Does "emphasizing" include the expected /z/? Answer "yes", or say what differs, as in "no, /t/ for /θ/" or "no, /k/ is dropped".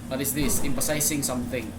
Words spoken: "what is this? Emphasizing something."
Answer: no, /s/ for /z/